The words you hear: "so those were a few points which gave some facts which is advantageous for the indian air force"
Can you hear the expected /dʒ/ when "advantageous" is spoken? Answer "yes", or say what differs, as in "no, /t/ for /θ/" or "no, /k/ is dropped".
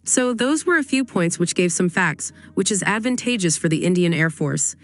yes